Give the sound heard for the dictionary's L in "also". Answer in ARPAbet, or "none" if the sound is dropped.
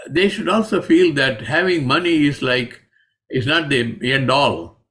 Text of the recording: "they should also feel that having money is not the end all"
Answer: L